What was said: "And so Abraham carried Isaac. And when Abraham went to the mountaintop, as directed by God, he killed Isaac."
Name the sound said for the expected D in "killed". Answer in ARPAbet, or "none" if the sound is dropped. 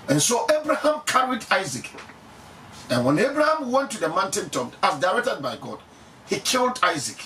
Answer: D